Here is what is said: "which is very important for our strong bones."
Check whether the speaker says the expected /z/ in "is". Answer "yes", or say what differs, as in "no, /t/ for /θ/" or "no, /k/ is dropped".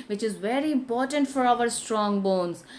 yes